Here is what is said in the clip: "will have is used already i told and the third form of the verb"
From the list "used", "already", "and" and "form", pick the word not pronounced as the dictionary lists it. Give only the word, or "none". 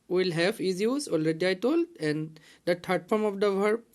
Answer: used